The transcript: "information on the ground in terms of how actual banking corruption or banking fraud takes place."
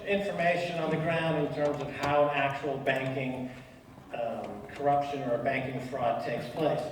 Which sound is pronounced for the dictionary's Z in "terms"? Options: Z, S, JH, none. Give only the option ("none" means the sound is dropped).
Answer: Z